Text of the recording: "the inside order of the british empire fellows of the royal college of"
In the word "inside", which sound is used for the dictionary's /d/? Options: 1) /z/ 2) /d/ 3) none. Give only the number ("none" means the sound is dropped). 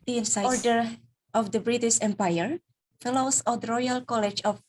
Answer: 3